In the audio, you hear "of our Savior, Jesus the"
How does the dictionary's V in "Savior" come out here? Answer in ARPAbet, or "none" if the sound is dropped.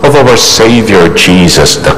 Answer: V